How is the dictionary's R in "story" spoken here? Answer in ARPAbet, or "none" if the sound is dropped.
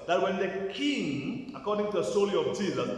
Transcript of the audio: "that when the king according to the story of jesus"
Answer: L